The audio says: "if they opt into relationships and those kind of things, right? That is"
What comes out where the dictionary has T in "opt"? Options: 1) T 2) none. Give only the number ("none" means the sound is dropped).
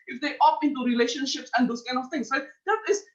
2